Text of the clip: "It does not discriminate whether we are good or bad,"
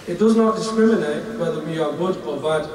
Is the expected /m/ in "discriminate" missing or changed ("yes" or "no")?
no